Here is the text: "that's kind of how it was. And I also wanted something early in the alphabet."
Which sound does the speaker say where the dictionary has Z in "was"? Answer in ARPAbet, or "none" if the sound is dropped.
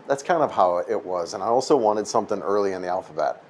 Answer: Z